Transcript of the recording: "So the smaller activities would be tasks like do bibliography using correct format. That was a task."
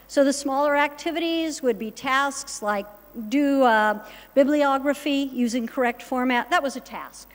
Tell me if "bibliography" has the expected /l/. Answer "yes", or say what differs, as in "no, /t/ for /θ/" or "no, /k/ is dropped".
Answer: yes